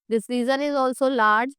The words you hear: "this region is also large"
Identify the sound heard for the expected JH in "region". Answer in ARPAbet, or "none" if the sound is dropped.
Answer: Z